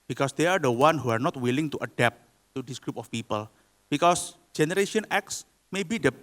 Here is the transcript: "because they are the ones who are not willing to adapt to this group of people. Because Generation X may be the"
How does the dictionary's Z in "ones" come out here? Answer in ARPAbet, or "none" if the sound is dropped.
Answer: none